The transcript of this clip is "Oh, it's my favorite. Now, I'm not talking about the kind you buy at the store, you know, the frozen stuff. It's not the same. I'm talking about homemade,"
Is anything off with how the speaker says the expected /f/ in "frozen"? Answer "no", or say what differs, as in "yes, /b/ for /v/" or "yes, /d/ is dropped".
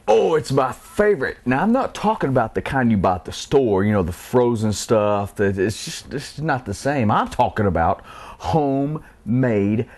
no